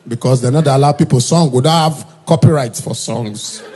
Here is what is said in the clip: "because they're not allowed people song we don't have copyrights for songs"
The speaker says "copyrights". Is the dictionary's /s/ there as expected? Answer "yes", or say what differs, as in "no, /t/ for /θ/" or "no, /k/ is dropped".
yes